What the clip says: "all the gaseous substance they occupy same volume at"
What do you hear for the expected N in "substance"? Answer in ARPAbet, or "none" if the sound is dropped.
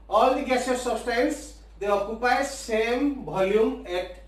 L